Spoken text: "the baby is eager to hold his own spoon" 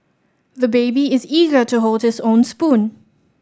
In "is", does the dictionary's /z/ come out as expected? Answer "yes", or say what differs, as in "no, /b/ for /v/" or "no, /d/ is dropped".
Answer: yes